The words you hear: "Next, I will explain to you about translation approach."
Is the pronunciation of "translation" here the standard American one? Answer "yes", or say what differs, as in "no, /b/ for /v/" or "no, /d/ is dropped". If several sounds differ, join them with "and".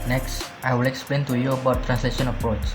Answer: yes